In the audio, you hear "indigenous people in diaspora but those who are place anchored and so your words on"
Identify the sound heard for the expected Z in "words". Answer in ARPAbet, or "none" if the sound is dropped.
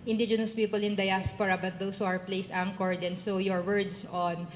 S